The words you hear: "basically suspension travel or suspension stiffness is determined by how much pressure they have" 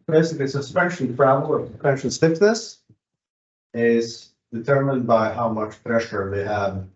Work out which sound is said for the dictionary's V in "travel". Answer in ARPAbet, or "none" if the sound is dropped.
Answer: none